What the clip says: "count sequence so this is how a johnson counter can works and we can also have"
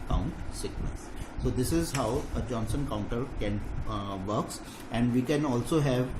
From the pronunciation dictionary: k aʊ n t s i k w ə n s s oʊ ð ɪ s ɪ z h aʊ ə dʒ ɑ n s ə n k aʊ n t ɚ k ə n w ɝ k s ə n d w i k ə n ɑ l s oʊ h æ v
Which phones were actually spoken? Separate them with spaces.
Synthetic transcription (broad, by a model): k aʊ n t s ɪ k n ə s s oʊ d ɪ s ɪ z h aʊ ə dʒ ɑ n s ə n k aʊ n t ɚ k ə n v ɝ k s ə n d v i k ə n ɑ l s oʊ h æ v